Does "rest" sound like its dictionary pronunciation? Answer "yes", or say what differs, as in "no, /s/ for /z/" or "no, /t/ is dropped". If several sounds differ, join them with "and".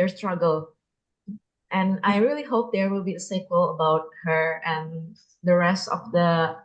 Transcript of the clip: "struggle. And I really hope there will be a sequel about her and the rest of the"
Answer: yes